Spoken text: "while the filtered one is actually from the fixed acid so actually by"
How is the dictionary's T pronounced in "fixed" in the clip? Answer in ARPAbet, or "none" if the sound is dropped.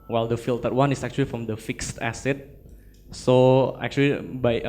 T